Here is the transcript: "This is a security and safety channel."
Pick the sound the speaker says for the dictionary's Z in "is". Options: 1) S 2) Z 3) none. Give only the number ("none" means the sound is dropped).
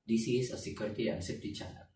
1